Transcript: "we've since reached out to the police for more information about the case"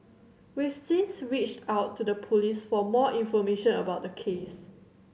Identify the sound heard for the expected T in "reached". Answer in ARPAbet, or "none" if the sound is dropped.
T